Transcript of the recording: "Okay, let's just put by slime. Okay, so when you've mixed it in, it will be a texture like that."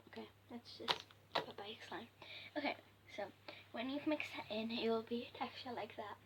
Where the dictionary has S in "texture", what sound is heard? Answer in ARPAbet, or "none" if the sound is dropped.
none